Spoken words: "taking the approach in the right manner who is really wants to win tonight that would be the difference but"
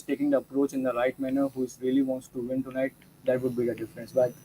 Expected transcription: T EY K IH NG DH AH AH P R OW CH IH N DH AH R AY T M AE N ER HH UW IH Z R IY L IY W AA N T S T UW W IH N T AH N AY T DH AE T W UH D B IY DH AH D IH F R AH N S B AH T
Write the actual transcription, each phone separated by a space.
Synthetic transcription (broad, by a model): T EY K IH NG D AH AH P R OW CH IH N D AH R AY T M AE N ER HH UW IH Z R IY L IY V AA N T S T UW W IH N T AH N AY T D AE T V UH D B IY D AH D IH F R AH N S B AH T